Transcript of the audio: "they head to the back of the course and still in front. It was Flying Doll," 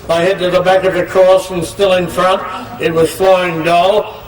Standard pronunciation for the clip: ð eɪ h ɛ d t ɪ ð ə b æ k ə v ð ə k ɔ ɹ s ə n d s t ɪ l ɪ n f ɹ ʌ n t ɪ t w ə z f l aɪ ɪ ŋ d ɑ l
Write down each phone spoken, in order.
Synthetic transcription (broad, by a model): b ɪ h ɛ d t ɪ ð ə b æ k ə v ð ə k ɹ ə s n s t ɪ l ɪ n f ɹ ʌ n t ɪ t w ə z f l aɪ ɪ ŋ d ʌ l